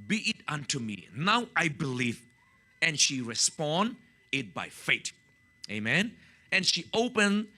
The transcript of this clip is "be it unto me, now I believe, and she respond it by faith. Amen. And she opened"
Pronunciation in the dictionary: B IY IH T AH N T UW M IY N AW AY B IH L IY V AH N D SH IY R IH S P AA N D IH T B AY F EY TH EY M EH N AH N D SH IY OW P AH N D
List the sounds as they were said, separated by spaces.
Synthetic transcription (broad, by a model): B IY IH T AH N T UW M IY N AW AY B IH L IY V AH N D SH IY R IH S P AA N D IH T B AY F EY T EY M EH N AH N SH IY OW P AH N